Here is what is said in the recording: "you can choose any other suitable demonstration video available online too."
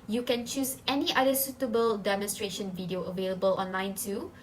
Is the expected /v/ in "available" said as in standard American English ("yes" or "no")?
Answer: yes